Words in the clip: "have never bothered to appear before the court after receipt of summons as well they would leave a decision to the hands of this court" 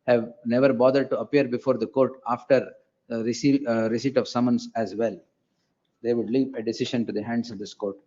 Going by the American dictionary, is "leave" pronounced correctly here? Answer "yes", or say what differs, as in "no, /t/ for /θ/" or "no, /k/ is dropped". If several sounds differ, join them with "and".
no, /p/ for /v/